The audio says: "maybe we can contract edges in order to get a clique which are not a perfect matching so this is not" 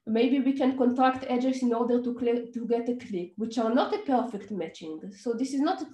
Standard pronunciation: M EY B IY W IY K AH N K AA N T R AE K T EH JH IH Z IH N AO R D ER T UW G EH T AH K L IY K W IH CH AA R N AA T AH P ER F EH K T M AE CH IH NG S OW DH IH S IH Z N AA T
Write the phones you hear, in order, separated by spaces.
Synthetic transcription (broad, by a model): M EY B IY W IY K AH N K AA N T R AE K T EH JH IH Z IH N AO R D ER T UW G EH T AH K L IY K W IH CH AA R N AA T AH P ER F EH K T M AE CH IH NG S OW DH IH S IH Z N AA T